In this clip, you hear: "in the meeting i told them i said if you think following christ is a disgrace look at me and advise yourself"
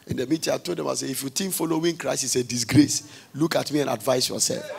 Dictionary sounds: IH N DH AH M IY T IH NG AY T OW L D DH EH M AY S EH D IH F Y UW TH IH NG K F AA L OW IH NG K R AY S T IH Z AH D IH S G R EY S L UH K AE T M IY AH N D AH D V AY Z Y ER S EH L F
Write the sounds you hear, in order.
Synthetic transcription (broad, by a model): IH N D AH M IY T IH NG AY T OW L D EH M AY S EH IH F Y UW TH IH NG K F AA L OW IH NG K R AY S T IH S AH D IH S G R EY S L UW K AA T M IY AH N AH D V AY S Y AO S EH L F